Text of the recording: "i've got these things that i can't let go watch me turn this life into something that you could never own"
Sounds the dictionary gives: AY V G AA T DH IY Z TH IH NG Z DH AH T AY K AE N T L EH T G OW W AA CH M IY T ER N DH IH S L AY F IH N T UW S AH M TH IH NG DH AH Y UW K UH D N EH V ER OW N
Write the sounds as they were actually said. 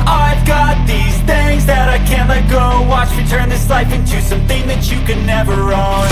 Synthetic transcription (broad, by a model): AY V G AA T DH IY Z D IH Z DH AH T AY K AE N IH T G OW W AA CH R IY T ER N DH IH S L AY F IH N T UW S AH M TH IH NG DH AH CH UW K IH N EH V ER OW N